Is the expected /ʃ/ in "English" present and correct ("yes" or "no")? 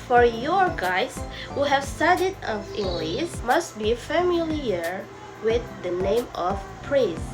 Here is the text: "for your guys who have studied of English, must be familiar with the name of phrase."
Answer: no